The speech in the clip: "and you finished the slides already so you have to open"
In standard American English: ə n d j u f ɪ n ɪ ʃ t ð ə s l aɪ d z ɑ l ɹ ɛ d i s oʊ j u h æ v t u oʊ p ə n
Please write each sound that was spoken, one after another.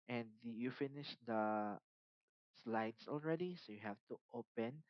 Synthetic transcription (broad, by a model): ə n d j u f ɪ n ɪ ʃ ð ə s l aɪ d s ɑ l ɹ ɛ d i s oʊ j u h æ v t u oʊ p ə n